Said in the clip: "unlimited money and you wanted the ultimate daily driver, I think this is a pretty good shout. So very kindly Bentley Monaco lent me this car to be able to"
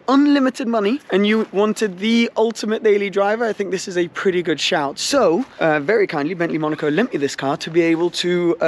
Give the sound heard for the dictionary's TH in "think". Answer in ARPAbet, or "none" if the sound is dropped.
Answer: TH